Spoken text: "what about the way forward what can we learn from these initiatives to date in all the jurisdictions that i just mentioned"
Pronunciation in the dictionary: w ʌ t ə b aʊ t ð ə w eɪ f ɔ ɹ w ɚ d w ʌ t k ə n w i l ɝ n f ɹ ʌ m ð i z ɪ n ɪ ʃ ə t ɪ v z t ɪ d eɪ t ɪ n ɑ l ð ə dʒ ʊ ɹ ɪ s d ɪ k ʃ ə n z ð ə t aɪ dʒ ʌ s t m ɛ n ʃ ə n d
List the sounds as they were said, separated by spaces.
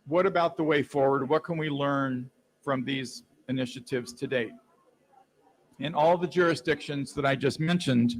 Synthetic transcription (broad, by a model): w ʌ t ə b aʊ t ð ə w eɪ f ɔ ɹ w ɚ d w ʌ t k ə n w i l ɝ n f ɹ ʌ m ð i z ɪ n ɪ ʃ ə t ɪ v z t ɪ d eɪ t ɪ n ɑ l ð ə dʒ ʊ ɹ ɪ s d ɪ k ʃ ə n z ð ə t aɪ dʒ ʌ s t m ɛ n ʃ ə n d